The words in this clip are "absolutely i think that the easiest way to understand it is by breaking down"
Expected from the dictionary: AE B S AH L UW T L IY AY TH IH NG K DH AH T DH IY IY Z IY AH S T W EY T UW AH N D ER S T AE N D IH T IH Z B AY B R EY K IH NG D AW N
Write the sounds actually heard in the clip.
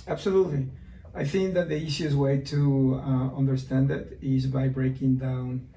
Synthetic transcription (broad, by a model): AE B S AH L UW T L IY AY TH IH NG K DH AH T DH IY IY S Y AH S W EY T UW AH N D ER S T AE N D IH T IH Z B AY B R EY K IH NG D AW N